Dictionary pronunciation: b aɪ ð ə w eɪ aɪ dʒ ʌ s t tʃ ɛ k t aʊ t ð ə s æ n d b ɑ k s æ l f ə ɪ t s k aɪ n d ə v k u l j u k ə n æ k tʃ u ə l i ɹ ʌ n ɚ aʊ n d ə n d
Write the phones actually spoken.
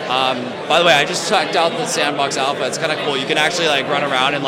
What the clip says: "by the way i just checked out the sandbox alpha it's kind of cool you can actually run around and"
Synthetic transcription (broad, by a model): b aɪ ð ə w eɪ aɪ dʒ ʌ s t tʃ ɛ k t aʊ t ð ə s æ n b ɑ k s æ l f ə ɪ t s k aɪ n d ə k u l j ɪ k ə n æ k tʃ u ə l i ɹ ʌ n ɚ aʊ n d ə n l